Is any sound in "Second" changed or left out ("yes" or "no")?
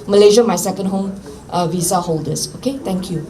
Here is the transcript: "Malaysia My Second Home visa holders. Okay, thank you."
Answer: no